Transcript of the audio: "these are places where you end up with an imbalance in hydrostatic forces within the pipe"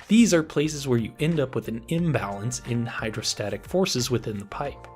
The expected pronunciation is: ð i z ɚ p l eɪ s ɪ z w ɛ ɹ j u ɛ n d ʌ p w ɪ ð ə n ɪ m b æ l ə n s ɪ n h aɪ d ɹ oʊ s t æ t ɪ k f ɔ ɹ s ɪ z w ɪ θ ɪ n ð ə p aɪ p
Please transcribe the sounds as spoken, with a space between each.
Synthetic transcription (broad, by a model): ð i z ɚ p l eɪ s ɪ z w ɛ ɹ j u ɛ n d ʌ p w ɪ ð ə n ɪ m b æ l ə n s ɪ n h aɪ d ɹ oʊ s t æ t ɪ k f ɔ ɹ s ɪ z w ɪ θ ɪ n ð ə p aɪ p